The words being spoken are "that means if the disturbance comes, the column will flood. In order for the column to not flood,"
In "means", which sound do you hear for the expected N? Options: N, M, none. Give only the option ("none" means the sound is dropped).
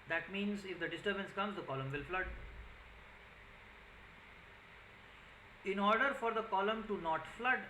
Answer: N